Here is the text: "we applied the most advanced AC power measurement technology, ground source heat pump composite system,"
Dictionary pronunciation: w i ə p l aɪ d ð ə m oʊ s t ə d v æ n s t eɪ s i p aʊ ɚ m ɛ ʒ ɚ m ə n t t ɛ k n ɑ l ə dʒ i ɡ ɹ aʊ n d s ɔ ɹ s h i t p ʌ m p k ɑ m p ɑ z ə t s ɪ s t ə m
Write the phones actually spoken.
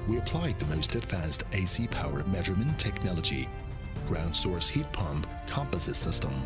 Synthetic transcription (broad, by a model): w i ə p l aɪ d ð ə m oʊ s t ə d v æ n s t eɪ s i p aʊ ɚ m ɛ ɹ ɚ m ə n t t ɛ k n ɑ l ə dʒ i ɡ ɹ aʊ n d s ɔ ɹ s h i t p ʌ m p k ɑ m p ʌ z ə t s ɪ s t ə m